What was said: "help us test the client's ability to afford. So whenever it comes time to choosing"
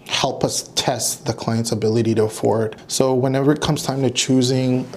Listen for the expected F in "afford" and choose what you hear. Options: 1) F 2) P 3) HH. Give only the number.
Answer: 1